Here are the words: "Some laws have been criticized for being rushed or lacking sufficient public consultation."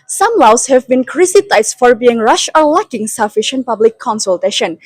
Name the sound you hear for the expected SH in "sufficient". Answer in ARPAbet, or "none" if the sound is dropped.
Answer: SH